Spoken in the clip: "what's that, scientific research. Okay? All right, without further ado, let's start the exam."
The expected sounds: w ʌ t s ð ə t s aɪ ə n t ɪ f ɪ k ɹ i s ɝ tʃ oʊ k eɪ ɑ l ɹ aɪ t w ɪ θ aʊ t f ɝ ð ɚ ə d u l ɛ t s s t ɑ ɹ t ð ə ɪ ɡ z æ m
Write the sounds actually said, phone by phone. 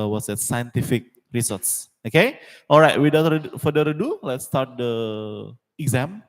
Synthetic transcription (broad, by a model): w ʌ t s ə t s aɪ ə n t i f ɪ k ɹ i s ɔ s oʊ k eɪ ɑ l ɹ aɪ t w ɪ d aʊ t f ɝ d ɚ ə d u l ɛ t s s t ɑ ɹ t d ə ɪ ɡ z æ m